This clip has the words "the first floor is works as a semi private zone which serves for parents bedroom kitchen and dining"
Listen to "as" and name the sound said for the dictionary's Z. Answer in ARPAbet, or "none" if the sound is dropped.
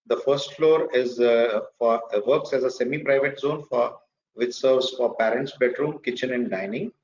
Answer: Z